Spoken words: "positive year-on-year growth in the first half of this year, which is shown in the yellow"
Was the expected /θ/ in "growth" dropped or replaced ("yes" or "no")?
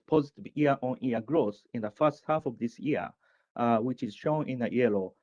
yes